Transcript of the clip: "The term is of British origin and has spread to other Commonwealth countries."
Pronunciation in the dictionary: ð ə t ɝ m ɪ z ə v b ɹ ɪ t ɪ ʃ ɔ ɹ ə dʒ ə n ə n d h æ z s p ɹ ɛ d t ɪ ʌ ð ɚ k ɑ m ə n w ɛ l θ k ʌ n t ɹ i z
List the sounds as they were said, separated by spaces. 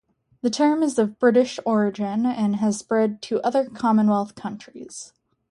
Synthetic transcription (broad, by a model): ð ə t ɝ m ɪ z ə v b ɹ ɪ t ɪ ʃ ɔ ɹ ə dʒ ə n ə n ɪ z s p ɹ ɛ d t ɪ ʌ ð ɚ k ɑ m ə n w ɛ l θ k ʌ n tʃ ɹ i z